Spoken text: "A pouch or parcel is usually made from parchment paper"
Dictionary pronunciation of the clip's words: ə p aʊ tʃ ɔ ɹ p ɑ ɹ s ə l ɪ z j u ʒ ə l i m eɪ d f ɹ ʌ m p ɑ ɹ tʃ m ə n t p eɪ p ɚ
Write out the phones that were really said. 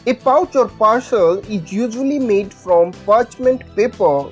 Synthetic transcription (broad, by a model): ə p aʊ tʃ ɔ ɹ p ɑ ɹ ʃ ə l ɪ z j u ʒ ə l i m eɪ d f ɹ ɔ m p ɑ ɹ tʃ m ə n t p eɪ p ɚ